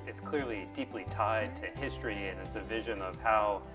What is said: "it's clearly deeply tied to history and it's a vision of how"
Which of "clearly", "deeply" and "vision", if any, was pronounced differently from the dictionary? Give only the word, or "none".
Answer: none